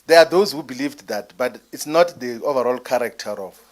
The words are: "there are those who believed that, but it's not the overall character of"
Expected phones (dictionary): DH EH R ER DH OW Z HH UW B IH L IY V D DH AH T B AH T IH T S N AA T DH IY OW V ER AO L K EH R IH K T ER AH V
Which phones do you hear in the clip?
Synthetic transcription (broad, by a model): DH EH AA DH OW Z HH UW B IH L IY V D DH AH T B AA T IH T S N AA T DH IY OW V ER AO L K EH R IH K T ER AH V